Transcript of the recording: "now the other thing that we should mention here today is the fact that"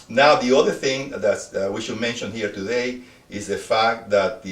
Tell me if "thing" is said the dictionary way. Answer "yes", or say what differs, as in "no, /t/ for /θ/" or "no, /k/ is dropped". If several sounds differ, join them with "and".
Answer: yes